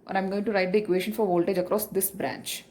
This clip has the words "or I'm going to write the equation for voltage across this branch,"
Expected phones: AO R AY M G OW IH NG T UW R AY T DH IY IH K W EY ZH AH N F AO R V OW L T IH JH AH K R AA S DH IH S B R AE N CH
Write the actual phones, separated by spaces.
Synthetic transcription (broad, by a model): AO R AY M G OW IH NG T UW R AY T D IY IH K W EY SH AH N F AO R V OW L T IH JH AH K R AA S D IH S B R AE N CH